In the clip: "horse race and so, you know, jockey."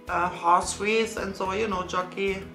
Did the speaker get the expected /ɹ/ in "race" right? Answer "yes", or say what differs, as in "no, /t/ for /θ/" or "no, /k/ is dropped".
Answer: no, /w/ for /ɹ/